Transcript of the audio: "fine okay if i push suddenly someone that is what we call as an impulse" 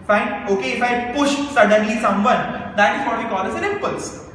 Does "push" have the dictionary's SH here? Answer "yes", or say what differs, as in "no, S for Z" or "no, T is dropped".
yes